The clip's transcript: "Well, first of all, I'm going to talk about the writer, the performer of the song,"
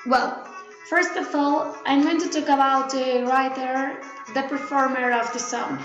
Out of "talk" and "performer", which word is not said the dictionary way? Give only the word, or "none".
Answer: talk